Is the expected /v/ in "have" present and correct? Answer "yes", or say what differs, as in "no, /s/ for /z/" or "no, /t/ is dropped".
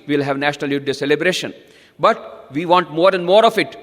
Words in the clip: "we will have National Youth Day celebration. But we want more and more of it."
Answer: yes